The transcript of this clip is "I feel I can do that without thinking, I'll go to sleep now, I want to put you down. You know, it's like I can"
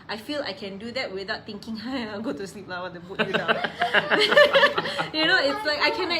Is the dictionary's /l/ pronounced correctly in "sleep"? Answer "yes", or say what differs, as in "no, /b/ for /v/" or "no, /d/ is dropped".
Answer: yes